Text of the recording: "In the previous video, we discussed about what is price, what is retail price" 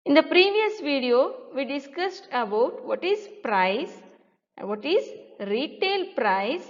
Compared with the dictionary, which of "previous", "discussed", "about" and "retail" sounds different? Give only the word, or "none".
none